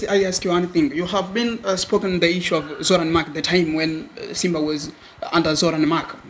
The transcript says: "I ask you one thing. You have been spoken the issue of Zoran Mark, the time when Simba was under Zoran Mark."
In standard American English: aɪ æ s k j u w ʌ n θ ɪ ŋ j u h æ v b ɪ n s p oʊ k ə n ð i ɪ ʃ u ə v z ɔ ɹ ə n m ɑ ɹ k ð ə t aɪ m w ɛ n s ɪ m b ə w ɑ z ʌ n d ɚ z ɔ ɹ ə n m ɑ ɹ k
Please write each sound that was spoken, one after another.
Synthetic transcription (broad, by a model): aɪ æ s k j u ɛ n θ ɪ ŋ j u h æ v b ɪ n s p oʊ k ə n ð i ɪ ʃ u ə v z ɔ ɹ ə n m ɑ k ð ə t aɪ m w ɛ n s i m b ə w ɑ z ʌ n d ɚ z ɔ ɹ ə n m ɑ k